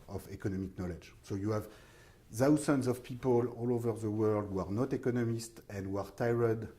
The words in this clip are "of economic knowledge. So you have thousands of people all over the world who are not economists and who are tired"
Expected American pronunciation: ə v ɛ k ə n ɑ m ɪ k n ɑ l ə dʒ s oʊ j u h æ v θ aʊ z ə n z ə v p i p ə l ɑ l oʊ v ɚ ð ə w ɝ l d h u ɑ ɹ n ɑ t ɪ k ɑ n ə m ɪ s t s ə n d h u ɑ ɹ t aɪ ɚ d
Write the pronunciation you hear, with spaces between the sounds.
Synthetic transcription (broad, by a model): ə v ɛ k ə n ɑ m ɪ k n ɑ l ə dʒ s oʊ j u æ v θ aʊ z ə n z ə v p i p ə l ɑ l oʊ v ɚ ð ə w ɝ l d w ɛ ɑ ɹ n ɑ t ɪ k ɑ n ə m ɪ s t ə n d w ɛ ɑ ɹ t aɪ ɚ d